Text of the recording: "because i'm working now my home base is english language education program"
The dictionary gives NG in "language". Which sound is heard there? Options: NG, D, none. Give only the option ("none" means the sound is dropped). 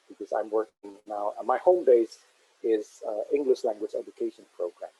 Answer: NG